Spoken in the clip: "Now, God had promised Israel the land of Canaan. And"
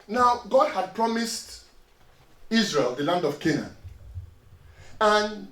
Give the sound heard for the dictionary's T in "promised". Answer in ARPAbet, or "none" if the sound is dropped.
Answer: T